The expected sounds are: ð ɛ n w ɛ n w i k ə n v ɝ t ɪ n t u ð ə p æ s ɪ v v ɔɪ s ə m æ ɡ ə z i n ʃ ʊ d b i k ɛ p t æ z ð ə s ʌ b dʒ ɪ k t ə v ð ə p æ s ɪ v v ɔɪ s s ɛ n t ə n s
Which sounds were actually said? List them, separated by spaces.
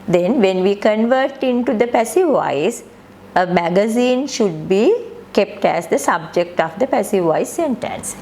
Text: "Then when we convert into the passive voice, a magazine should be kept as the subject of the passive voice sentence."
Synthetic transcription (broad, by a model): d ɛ n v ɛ n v i k ə n v ɝ t ɪ n t u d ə p æ s ɪ v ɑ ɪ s ə m æ ɡ ə z i n ʃ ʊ d b i k ɛ p t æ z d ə s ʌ b dʒ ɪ k t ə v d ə p æ s ɪ v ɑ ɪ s s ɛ n t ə n s